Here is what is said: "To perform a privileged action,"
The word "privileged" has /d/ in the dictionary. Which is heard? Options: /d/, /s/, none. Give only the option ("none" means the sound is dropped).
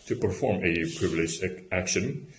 none